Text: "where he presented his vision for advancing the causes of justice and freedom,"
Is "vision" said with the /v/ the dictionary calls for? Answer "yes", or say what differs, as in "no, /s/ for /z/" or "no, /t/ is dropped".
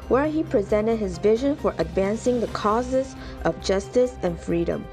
yes